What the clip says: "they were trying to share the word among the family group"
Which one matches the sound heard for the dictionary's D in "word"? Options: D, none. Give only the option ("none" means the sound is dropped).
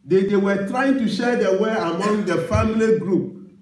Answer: none